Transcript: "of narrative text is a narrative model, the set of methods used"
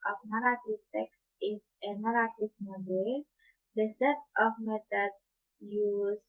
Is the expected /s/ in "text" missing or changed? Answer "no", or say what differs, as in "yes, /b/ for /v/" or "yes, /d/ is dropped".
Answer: no